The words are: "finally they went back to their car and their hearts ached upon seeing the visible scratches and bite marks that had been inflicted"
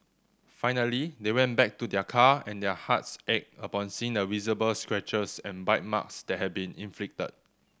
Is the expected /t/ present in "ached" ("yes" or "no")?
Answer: no